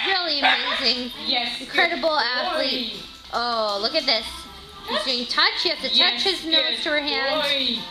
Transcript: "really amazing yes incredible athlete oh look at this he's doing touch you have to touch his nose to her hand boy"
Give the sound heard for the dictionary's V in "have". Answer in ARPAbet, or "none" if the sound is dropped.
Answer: F